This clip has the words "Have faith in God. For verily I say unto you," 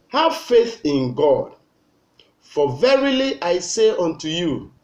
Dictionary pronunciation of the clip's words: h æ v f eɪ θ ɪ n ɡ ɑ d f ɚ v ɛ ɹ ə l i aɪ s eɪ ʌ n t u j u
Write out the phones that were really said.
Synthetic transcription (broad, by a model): h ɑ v f eɪ θ ɪ n ɡ ɑ d f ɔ v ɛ ɹ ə l i aɪ s eɪ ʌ n t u j u